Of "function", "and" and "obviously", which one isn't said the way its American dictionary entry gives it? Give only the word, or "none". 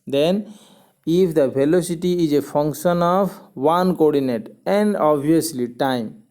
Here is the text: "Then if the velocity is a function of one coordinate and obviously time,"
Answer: obviously